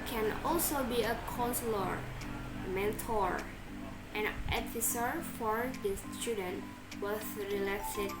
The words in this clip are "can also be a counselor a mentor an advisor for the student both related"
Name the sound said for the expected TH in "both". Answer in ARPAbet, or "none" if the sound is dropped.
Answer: S